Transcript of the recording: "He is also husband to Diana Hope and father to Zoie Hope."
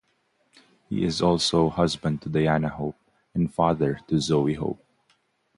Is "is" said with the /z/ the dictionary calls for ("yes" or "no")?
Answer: yes